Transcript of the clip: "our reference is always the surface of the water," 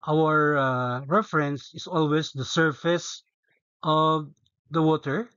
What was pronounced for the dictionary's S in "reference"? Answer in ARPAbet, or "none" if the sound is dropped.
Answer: S